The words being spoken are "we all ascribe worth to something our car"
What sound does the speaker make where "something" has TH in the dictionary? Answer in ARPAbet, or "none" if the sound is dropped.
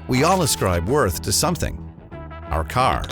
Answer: TH